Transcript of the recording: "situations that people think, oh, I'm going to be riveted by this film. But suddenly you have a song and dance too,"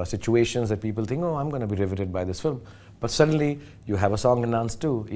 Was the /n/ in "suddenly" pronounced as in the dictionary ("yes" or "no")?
yes